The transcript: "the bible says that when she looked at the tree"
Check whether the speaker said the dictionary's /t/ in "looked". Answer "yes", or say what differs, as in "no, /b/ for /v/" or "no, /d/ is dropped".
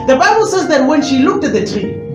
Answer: yes